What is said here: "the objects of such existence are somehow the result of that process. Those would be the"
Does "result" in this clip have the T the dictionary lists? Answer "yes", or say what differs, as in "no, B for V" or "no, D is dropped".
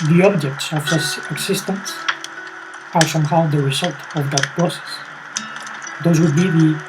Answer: yes